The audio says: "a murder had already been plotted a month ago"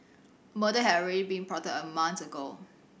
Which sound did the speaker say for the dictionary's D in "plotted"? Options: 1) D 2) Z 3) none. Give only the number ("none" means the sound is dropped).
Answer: 3